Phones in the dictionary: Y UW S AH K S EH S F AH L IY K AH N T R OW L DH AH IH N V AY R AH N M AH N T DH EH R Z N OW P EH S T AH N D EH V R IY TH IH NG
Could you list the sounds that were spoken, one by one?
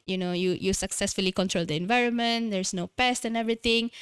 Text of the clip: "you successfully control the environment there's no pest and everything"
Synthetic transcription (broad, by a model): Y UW S AH K S EH S F AH L IY K AH N T R OW L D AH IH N V AY R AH N M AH N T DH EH R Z N OW P EH S T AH N EH V R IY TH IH NG